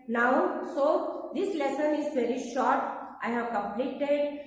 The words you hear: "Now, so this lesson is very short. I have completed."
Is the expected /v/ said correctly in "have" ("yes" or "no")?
yes